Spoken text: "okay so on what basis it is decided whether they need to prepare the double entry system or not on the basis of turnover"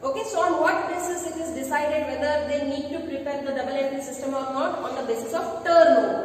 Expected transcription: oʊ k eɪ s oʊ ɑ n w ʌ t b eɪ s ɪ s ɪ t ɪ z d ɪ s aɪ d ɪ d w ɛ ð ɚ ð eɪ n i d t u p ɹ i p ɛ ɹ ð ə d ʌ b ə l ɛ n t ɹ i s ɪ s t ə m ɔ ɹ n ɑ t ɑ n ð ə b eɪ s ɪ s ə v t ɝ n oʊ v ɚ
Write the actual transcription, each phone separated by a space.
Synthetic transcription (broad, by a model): oʊ k eɪ s oʊ ɑ n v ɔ t b eɪ s ɪ s ɪ t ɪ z d ɪ s aɪ d ɪ d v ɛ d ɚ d eɪ n i d t u p ɹ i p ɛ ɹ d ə d ʌ b ə l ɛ t i s ɪ s t ə m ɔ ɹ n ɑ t ɑ n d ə b eɪ s ɪ s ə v t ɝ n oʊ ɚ